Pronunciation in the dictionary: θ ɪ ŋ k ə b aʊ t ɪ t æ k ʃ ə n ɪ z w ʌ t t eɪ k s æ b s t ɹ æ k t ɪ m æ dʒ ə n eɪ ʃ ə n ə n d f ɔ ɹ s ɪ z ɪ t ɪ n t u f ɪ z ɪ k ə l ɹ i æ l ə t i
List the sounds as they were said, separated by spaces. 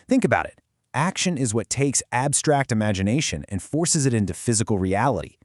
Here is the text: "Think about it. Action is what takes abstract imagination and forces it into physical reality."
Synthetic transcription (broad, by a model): θ ɪ ŋ k ə b aʊ t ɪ t æ k ʃ ə n ɪ z w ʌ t t eɪ k s æ b s t ɹ æ k t ɪ m æ dʒ ə n eɪ ʃ ə n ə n f ɔ ɹ s ɪ z ɪ t ɪ n t u f ɪ z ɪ k l ɹ i æ l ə t i